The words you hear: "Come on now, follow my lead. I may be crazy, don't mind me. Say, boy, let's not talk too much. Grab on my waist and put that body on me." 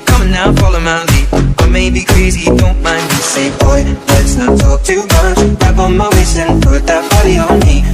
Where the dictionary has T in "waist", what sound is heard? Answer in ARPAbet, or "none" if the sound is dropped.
none